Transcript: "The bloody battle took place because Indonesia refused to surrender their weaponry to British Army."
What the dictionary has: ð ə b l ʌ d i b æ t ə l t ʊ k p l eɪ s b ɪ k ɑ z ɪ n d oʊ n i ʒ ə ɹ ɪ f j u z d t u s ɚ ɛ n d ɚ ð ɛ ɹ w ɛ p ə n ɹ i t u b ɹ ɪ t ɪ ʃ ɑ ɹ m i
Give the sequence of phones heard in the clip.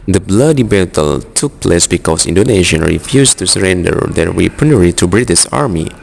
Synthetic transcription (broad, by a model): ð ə b l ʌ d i b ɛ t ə l t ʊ k p l eɪ s b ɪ k ɑ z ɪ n d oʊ n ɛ ʃ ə ɹ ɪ f j u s t u s ɚ ɛ n d ɚ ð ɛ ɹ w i p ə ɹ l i t u b ɹ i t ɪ s ɑ ɹ m i